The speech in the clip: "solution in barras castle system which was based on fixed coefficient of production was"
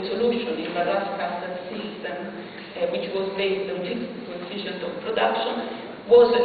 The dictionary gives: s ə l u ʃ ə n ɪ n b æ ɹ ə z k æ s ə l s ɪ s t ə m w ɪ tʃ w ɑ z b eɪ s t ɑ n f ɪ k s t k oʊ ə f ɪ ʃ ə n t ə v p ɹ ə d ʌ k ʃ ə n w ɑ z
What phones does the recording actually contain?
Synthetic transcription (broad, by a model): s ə l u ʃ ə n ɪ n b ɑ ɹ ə s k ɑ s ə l s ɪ s t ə m w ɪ tʃ w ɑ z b eɪ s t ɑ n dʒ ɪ s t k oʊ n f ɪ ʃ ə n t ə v p ɹ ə d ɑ k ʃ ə n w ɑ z